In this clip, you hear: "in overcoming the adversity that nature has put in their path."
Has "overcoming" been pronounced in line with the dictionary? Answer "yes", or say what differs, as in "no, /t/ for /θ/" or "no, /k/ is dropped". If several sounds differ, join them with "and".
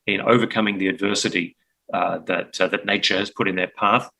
yes